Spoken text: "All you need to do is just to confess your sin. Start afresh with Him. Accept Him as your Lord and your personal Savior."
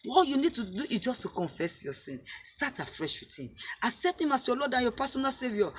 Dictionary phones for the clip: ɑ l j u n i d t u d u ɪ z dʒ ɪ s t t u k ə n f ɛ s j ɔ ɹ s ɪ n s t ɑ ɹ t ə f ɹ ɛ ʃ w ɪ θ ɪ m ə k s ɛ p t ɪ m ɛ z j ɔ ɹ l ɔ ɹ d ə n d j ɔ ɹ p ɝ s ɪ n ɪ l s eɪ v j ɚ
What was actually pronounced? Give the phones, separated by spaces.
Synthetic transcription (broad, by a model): ɑ j u n i d t u d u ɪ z dʒ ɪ s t t u k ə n f ɛ s j ɔ s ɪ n s t ɑ t ə f ɹ ɛ ʃ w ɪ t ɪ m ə s ɛ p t ɪ m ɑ s j ɔ l ɔ d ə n j ɔ p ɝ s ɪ n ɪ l s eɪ v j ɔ